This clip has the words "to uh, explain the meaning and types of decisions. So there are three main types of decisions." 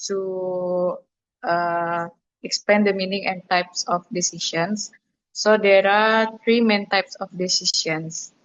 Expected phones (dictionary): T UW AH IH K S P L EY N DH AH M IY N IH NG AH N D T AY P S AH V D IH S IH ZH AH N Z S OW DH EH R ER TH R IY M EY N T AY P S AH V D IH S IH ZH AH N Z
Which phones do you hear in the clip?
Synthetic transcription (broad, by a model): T UW AH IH K S P EY N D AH M IY N IH NG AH N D T AY P S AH F D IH S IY SH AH N S OW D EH R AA T R IY M EY N T AY P S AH F D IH S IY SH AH N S